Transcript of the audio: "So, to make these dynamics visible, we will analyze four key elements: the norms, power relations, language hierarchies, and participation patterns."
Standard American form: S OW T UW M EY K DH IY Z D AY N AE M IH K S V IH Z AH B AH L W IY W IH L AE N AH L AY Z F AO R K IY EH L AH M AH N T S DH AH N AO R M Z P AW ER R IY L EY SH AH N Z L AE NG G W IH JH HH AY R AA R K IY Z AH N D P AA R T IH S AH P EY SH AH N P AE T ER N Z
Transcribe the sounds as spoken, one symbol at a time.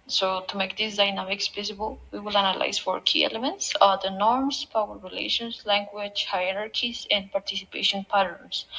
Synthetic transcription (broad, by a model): S OW T UW M EY K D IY S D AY N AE M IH K S P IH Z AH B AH L W IY W IH L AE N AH L AY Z F AO R K IY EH L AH M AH N T S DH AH N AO R M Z P AW ER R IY L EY SH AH N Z L AE NG G W IH JH HH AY R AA R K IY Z AH N D P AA R T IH S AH P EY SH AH N P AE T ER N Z